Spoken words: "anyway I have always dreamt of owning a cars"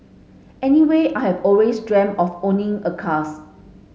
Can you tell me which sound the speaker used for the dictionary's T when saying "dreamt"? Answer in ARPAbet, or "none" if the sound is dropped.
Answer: none